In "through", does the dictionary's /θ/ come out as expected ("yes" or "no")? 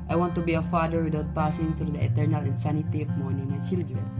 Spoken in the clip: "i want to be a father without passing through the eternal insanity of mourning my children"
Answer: no